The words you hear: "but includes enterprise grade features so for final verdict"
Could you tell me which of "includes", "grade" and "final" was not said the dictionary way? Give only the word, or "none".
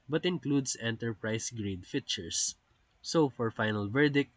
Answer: includes